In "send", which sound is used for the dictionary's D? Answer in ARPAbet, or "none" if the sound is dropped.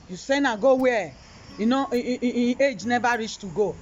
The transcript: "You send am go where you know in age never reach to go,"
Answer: none